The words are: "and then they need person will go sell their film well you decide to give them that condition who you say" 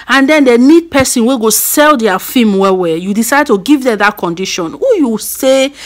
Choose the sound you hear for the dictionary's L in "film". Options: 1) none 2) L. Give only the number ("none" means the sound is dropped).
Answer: 1